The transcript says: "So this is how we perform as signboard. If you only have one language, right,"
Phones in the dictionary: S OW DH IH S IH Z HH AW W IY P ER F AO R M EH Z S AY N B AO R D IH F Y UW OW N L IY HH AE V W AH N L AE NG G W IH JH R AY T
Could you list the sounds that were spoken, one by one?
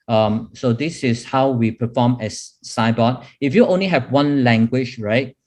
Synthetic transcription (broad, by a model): S OW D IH S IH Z HH AW W IY P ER F AO M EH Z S AY B AO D IH F Y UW OW N L IY HH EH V W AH N L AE NG G W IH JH R AY T